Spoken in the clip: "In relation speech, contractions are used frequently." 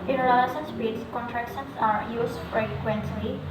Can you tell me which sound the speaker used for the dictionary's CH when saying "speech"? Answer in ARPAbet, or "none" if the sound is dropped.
S